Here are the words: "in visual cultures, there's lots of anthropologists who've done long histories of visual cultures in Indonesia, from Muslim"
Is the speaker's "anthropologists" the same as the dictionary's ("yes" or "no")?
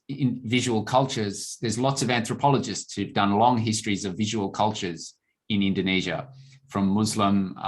yes